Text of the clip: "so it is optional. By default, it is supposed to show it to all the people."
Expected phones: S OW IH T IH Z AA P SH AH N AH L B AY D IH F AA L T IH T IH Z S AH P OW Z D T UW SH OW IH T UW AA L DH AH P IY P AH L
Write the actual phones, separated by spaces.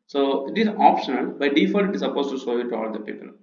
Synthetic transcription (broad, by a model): S OW IH T IH Z AA P SH AH N AH L B AY D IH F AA T IH T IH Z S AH P OW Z T UW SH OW IH T UW AA L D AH P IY P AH L